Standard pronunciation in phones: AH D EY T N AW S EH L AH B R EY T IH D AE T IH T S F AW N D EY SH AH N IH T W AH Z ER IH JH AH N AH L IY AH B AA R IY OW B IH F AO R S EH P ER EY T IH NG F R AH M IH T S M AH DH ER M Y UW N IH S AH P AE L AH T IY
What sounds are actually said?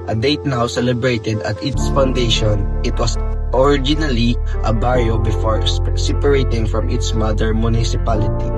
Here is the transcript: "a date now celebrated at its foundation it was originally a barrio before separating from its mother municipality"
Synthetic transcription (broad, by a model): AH D EY T N AW S EH L AH B R EY T IH D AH T IH T S F AW N D EY SH AH N IH T W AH S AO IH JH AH N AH L IY AH B AA R IY OW B IH F AO R S EH P ER EY T IH NG F R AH M IH T S M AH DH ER M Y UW N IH S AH P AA L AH T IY